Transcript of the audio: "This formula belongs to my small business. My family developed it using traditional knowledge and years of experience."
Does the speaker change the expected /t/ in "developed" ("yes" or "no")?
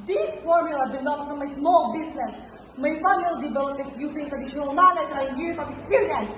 yes